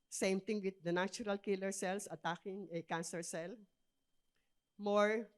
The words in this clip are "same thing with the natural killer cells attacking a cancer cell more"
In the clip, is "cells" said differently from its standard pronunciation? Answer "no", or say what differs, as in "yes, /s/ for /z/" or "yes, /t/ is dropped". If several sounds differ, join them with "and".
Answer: yes, /s/ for /z/